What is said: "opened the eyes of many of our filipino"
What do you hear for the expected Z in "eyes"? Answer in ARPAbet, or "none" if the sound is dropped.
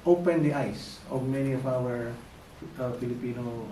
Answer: S